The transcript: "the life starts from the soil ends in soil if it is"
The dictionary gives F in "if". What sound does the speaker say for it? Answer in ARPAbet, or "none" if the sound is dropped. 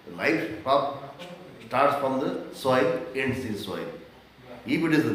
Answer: P